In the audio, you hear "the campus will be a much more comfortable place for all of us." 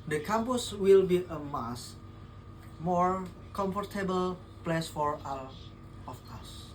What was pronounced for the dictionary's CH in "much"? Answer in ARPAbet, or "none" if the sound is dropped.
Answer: S